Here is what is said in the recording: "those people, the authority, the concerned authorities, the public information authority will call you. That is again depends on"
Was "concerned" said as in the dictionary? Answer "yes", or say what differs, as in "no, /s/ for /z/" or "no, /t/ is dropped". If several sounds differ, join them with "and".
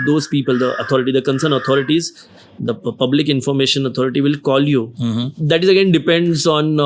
no, /d/ is dropped